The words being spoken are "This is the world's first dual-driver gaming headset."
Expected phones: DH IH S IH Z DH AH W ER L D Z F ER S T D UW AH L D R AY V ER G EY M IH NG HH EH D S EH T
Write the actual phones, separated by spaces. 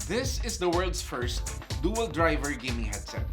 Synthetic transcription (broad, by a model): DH IH S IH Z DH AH W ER L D S F ER S T D UW AH L D R AY V ER G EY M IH HH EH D S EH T